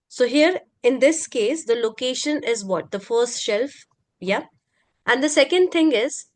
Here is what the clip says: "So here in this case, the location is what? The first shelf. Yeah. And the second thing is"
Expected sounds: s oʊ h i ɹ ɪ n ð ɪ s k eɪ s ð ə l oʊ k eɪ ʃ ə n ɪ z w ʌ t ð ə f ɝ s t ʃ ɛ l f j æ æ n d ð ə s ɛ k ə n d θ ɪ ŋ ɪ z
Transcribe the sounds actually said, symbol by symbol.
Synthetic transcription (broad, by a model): s oʊ h i ɹ ɪ n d ɪ s k eɪ s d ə l oʊ k eɪ ʃ ə n ɪ z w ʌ t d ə f ɝ s t ʃ ɛ l f j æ æ n d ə s ɛ k ə n d t ɪ ŋ ɪ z